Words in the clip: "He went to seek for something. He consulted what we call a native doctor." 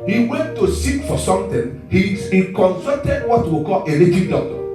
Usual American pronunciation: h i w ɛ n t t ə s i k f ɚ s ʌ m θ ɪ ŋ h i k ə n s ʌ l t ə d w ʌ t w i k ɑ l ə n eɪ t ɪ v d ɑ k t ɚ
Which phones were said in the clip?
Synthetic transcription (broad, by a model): h i w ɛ n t t ə s i k f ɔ s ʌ m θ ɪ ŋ h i k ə n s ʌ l t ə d w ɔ t w i k ɑ l ə l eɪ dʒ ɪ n d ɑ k t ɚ